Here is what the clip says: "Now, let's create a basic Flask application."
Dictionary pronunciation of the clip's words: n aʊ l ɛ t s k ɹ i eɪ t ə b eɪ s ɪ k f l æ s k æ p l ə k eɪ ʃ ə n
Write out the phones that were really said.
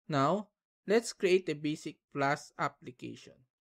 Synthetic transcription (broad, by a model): n aʊ l ɛ t s k ɹ i eɪ t ə b eɪ s ɪ k p l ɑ s ɑ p l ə k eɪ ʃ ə n